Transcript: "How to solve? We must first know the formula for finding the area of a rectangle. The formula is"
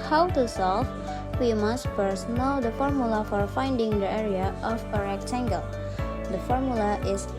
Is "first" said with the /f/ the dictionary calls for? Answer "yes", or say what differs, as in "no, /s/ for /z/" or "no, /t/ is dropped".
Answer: no, /p/ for /f/